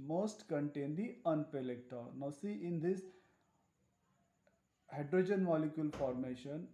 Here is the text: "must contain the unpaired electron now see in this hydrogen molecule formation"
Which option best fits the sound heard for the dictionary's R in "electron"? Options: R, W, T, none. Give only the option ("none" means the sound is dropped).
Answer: none